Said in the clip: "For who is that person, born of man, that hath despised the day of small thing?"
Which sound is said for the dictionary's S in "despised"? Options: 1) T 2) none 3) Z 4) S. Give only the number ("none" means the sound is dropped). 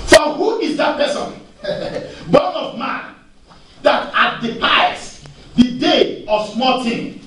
2